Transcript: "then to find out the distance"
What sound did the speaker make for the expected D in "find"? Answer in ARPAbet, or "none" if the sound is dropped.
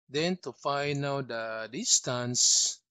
none